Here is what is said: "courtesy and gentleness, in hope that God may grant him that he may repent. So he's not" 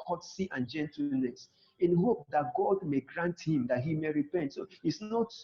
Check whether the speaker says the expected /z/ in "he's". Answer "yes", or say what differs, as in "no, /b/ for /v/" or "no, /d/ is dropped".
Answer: no, /s/ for /z/